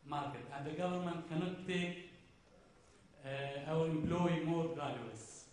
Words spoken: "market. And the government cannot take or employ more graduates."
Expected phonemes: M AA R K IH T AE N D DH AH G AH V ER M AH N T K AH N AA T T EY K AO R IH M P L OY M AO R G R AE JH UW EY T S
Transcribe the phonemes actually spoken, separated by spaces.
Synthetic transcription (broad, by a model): M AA R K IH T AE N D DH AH G AH V ER M AH N T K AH N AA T T EY K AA W IH M P L OY M AO R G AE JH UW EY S